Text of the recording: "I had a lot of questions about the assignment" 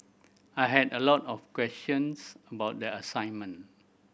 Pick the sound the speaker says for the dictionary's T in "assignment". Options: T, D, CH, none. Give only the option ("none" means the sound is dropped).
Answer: none